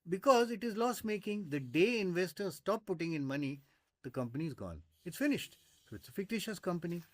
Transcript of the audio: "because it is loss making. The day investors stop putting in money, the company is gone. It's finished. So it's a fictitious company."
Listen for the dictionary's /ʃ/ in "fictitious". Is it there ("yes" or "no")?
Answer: yes